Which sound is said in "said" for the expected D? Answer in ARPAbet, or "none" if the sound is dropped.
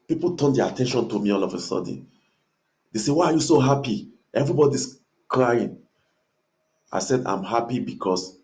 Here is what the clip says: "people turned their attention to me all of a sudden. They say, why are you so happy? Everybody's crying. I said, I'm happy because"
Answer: D